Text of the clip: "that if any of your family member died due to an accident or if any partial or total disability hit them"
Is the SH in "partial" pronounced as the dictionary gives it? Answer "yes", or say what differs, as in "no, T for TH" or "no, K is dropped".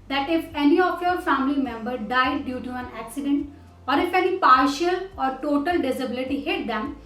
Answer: yes